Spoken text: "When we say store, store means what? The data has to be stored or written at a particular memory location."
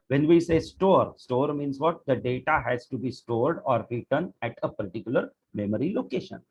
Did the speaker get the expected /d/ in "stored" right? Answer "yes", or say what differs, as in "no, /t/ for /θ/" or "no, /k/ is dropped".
yes